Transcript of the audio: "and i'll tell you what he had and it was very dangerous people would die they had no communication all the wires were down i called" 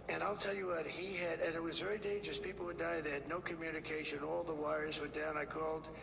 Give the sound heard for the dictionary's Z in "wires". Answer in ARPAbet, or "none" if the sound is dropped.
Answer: Z